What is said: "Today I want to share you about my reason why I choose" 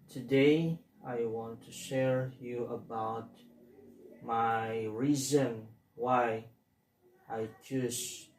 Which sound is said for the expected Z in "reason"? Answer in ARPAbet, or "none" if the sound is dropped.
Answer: Z